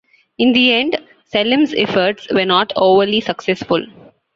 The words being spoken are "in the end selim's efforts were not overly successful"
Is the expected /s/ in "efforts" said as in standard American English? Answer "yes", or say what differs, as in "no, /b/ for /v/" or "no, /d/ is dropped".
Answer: yes